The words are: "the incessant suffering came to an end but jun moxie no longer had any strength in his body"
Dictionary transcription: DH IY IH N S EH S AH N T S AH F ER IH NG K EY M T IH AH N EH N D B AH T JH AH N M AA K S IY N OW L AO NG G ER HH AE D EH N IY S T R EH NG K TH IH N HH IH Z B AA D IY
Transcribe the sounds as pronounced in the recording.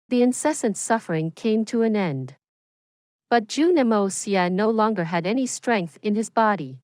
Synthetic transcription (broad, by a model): DH IY IH N S EH S AH N T S AH F ER IH NG K EY M T IH AH N EH N D B AH T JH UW N M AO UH S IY N OW L AO NG G ER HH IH D EH N IY S T R EH NG K TH IH N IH Z B AA D IY